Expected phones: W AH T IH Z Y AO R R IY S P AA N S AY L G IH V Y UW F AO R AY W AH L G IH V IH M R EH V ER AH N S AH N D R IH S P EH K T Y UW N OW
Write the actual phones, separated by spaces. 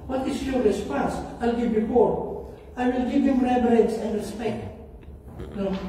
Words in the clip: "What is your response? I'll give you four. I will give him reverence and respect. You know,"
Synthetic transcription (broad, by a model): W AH T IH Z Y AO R R IY S P AA N S AY L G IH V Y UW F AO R AY W AH L G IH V IH M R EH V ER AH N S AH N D R IH S P EH K T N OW